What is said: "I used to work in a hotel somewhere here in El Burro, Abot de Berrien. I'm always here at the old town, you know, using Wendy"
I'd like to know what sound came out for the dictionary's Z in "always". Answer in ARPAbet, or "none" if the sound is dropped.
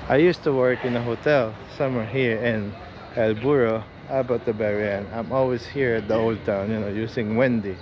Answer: S